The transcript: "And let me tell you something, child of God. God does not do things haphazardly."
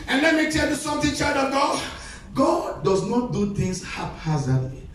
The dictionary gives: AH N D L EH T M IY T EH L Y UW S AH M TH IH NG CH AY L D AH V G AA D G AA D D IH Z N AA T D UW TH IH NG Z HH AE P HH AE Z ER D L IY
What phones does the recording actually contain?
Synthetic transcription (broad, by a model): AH N L EH T M IY T EH L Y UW S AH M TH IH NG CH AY D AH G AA G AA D D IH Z N AA T D UW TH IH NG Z HH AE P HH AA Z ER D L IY